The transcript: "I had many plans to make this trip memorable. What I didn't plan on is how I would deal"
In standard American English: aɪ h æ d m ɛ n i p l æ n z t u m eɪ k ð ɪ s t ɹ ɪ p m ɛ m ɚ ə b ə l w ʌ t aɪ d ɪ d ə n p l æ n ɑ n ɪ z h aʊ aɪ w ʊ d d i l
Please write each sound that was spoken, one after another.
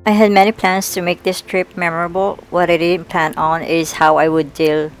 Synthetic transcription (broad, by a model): aɪ h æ d m ɛ n i p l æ n s t u m eɪ k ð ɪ s t ɹ ɪ p m ɛ m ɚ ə b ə l w ʌ t aɪ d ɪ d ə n p l æ n ɑ n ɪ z h aʊ aɪ w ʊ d d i l